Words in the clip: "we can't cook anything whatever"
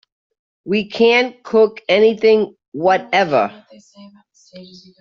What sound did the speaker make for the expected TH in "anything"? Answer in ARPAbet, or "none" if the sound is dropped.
TH